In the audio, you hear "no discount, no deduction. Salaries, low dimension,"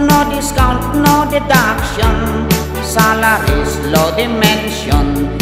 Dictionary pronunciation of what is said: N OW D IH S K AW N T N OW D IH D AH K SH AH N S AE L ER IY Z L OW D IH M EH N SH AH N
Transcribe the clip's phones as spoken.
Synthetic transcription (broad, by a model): N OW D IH S K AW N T N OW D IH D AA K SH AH N S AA L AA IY S L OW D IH M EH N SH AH N